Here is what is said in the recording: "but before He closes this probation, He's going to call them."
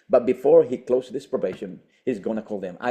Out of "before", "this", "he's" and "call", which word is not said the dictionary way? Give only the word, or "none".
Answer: none